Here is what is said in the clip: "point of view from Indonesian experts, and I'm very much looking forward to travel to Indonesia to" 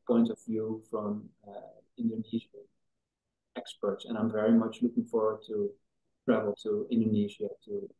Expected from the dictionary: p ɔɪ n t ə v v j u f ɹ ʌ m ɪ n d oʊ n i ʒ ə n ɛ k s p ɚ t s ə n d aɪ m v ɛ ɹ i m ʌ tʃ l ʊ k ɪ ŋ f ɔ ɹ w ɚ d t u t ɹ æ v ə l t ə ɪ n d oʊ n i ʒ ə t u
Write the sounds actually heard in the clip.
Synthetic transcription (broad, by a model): p ɔɪ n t ə v v j u f ɹ ʌ m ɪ n d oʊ n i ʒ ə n ɛ k s p ɚ t s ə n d aɪ m v ɛ ɹ i m ʌ tʃ l ʊ k ɪ ŋ f ɔ ɹ w ɚ d t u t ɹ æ v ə l t ə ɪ n d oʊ n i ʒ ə t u